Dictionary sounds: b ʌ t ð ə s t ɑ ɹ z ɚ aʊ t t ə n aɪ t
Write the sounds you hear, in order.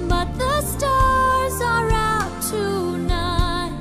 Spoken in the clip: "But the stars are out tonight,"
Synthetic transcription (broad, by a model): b ʌ t ð ə s t ɑ ɹ z ɚ aʊ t t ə n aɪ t